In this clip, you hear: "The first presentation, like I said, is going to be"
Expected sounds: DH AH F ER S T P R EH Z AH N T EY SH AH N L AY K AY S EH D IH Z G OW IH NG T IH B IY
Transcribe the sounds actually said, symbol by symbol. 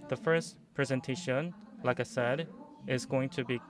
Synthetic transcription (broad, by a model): DH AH F ER S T P R EH Z AH N T EY SH AH N L AY K AY S EH D IH Z G OW IH NG T IH B IY